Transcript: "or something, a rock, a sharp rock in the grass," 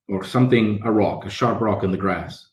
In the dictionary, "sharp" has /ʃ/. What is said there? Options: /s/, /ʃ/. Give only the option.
/ʃ/